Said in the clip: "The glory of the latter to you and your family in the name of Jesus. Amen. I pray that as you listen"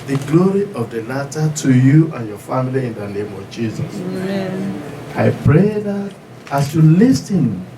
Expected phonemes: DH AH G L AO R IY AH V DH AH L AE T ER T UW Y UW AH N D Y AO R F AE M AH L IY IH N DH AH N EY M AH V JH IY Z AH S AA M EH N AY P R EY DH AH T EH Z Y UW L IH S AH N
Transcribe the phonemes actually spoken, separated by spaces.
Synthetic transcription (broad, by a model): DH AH G L AO R IY AH V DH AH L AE T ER T UW Y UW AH N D Y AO F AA M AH L IY IH N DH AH N EY M AH V JH IY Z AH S AA IH P R EY DH AH T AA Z Y UW L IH S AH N